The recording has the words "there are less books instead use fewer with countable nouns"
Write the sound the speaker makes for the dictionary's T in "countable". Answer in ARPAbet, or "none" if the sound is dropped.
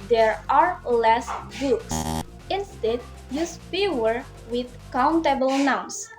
T